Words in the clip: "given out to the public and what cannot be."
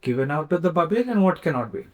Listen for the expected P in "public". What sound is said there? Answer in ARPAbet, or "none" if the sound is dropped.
B